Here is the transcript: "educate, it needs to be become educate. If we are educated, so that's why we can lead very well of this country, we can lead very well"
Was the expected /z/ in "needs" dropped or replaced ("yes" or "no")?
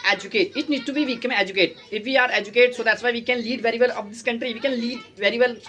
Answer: yes